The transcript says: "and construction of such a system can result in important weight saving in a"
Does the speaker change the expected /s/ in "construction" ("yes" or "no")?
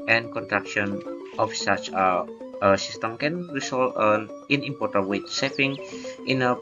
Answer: yes